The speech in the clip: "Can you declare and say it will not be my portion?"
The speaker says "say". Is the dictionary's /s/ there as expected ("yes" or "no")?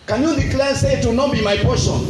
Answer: yes